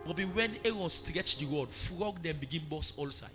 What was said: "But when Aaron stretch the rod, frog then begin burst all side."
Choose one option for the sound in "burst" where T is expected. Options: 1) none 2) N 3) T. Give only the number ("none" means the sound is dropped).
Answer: 1